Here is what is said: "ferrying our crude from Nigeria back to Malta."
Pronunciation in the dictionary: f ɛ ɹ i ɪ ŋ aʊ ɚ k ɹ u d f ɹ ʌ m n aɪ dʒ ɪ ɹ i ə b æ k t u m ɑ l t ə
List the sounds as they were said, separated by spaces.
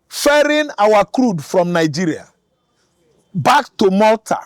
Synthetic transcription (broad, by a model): f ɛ ɹ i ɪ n aʊ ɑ k ɹ u d f ɹ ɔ m n aɪ dʒ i ɹ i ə b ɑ k t u m ɑ l t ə